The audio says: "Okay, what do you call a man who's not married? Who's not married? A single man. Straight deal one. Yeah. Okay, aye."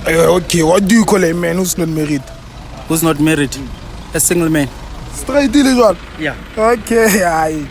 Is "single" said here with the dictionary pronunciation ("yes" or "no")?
yes